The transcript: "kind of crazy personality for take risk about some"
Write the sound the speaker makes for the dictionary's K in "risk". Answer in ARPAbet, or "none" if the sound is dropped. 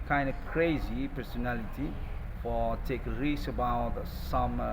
none